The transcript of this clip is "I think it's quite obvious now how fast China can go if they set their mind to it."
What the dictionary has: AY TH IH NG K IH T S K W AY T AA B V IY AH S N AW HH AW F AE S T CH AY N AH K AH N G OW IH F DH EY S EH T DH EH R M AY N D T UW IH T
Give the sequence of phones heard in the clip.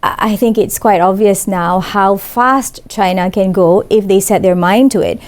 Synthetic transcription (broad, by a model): AY TH IH NG K IH T S K W AY T AA B V IY AH S N AW HH AW F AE S T CH AY N AH K AH N G OW IH F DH EY S EH T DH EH R M AY N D T UW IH T